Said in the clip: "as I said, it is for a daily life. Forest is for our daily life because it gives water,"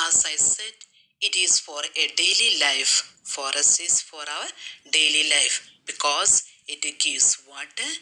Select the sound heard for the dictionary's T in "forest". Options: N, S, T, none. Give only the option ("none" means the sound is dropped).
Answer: none